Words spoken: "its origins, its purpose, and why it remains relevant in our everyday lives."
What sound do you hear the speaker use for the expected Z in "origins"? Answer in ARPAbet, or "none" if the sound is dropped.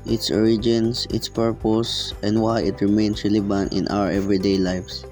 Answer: S